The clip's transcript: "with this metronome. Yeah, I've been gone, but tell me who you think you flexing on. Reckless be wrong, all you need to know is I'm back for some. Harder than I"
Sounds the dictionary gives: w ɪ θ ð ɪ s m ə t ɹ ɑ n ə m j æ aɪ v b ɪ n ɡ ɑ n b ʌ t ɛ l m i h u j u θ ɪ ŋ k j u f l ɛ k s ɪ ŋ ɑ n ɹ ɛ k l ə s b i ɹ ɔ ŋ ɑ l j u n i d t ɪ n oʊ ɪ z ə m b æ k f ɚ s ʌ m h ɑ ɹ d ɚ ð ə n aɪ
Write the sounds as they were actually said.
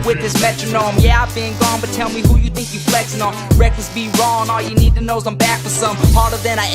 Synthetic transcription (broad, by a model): w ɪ ð ɪ s m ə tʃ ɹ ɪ n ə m j æ aɪ v b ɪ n ɡ ɑ n b ʌ t ɛ l m i h u j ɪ θ ɪ ŋ k j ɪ f l ɛ k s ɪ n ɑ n ɹ ɛ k ə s b i ɹ ɔ ŋ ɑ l j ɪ n i d t ɪ n oʊ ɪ s ə m b æ k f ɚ s ʌ m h ɑ ɹ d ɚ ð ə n aɪ